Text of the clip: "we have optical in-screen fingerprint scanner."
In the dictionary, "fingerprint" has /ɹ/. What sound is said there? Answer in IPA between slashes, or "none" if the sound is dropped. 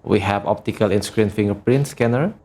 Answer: /ɹ/